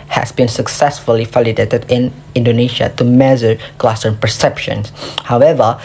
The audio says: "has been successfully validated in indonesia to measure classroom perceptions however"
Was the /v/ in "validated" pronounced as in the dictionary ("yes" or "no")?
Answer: no